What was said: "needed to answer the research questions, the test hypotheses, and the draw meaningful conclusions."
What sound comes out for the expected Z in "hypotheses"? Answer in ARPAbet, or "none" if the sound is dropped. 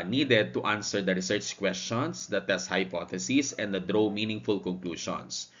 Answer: S